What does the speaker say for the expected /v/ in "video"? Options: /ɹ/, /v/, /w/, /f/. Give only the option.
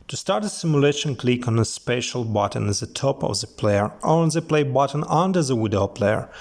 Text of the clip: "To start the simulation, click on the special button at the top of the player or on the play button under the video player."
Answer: /w/